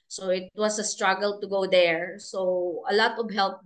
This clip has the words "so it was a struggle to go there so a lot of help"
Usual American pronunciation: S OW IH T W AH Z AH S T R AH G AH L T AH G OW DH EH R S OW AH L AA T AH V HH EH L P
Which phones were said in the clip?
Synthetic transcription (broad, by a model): S OW IH T W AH S AH S T R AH G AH L T AH G OW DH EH R S OW AH L AA T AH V HH EH L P